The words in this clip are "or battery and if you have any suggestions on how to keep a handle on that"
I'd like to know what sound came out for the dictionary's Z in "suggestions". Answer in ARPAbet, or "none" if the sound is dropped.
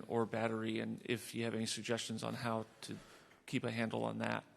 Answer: Z